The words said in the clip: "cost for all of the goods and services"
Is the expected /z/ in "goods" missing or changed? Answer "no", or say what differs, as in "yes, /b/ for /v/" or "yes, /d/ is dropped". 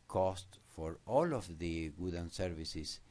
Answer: yes, /z/ is dropped